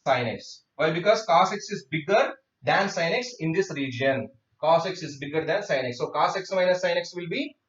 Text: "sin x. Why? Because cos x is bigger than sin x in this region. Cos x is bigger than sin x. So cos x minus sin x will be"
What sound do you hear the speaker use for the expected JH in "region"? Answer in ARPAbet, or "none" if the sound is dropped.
JH